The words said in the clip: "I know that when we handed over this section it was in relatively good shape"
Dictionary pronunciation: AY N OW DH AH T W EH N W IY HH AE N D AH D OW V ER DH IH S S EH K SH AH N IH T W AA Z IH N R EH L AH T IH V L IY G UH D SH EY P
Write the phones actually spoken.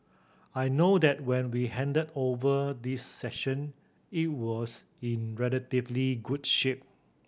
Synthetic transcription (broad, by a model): AY N OW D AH T W EH N W IY HH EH N D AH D OW V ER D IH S S EH SH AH N IH T W AA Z IH N R EH L AH T IH V L IY G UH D SH EY P